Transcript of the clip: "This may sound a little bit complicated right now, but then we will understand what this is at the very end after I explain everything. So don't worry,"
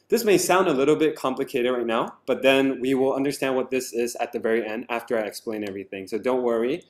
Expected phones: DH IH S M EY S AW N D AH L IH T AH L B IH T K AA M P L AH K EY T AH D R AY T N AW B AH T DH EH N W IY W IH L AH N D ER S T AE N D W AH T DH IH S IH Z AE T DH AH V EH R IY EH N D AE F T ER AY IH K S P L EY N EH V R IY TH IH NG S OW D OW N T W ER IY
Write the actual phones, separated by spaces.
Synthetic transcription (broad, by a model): DH IH S M EY S AW N D AH L IH T L B IH T K AA M P L AH K EY T AH D R AY T N AW B AH T DH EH N W IY W IH L AH N D ER S T AE N D W AH T DH IH S IH Z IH T DH AH V EH R IY EH N D AE F T ER AY IH K S P L EY N EH V R IY TH IH NG S OW D OW N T W ER IY